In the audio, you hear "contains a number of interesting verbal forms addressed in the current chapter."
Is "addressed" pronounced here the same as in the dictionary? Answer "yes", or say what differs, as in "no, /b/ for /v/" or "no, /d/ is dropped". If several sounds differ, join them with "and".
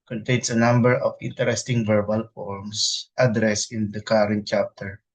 no, /t/ is dropped